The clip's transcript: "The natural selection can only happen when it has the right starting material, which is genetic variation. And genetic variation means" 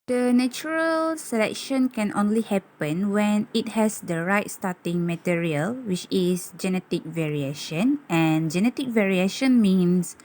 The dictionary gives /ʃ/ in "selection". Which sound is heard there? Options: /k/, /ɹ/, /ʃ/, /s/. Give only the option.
/ʃ/